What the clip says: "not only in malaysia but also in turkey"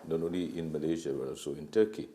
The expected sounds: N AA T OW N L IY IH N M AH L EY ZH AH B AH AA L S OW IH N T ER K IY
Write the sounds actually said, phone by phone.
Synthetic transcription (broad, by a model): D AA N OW L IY IH N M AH L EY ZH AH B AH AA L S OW IH N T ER K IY